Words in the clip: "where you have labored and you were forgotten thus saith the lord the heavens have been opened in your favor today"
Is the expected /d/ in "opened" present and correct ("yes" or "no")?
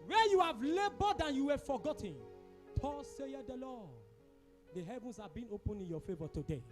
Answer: no